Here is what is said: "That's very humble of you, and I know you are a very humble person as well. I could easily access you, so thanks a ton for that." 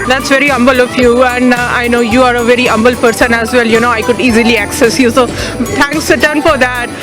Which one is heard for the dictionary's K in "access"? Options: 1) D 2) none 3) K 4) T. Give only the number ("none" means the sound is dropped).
3